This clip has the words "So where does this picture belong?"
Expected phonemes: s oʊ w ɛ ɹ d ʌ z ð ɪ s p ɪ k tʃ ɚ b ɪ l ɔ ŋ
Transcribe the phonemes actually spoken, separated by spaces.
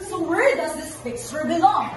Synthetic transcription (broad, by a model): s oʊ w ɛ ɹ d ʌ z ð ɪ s f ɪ k s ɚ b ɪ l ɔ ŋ